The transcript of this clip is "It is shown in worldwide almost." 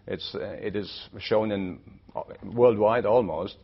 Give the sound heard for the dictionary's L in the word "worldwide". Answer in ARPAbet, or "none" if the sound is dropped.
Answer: L